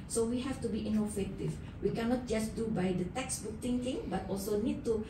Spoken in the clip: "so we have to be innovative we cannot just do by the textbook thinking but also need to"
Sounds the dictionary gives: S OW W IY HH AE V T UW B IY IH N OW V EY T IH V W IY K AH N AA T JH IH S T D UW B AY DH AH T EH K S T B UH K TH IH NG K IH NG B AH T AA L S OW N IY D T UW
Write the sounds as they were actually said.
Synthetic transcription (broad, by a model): S OW W IY HH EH F T UW B IY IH N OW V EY T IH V W IY K AH N AA T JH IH S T D UW B AY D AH T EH K S B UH K T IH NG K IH NG B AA T AA L S OW N IY D T UW